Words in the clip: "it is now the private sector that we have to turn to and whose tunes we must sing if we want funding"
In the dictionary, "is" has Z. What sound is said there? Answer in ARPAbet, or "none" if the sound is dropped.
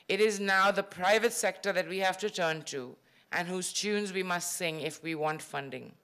Z